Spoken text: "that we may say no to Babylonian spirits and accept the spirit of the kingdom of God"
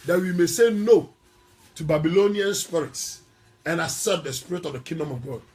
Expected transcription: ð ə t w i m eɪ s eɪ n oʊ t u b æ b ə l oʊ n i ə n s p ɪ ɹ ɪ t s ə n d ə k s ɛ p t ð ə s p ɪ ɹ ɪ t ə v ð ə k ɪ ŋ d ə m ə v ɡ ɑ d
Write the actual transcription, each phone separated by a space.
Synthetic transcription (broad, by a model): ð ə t w i m eɪ s eɪ n oʊ t u b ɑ b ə l oʊ n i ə n s p ɪ ɹ ɪ t s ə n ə s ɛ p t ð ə s p ɪ ɹ ɪ t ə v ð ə k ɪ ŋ d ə m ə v ɡ ɑ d